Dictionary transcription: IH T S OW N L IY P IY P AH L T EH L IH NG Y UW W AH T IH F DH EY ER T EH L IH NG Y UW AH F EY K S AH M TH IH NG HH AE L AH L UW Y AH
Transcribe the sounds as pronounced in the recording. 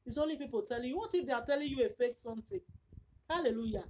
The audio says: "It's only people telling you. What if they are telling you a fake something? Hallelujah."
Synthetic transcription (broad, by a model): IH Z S OW N L IY P IY P AH L T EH L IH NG Y UW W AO T IH F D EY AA T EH L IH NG Y UW AH F EY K S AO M T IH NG HH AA L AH L UW Y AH